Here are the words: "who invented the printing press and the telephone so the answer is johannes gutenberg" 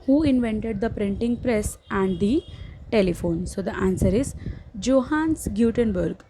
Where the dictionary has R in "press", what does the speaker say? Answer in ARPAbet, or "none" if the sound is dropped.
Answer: R